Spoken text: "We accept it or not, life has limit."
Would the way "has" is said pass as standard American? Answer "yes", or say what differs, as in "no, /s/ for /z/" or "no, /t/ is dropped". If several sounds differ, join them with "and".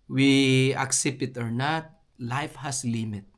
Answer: no, /s/ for /z/